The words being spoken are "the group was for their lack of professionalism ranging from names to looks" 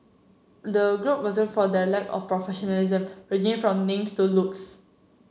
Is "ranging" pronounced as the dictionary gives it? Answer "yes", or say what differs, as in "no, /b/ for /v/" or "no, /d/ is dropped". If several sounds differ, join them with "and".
no, /n/ is dropped